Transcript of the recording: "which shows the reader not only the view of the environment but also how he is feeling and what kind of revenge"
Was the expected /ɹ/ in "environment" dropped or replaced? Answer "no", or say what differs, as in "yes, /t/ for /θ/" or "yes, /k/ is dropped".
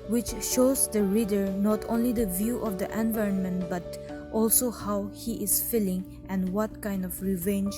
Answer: no